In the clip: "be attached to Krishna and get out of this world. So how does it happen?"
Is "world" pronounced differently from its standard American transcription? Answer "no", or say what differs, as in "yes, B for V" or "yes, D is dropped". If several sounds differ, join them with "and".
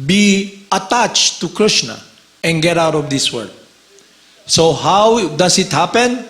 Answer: yes, L is dropped